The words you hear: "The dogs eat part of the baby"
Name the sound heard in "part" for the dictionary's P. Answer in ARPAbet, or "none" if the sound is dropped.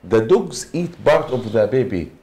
B